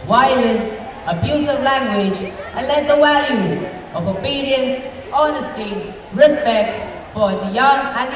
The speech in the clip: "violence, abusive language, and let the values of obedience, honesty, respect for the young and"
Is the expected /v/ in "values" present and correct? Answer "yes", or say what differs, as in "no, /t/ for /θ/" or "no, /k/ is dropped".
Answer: no, /w/ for /v/